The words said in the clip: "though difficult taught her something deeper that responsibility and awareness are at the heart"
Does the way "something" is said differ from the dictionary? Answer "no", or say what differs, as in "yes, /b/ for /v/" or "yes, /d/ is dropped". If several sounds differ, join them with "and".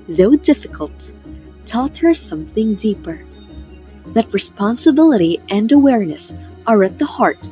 no